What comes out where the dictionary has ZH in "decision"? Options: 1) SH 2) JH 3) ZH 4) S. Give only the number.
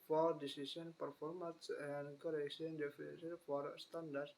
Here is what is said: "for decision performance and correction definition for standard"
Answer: 4